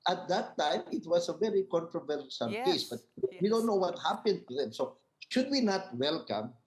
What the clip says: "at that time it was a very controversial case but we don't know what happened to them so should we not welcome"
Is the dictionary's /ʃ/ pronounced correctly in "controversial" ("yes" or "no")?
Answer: no